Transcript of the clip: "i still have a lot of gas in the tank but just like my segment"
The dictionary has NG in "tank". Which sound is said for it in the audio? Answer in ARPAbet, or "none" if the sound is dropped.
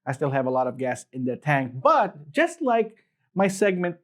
NG